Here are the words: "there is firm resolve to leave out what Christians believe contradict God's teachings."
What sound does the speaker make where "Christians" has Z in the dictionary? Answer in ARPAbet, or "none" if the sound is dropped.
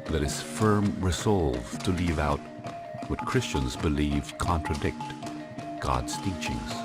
Z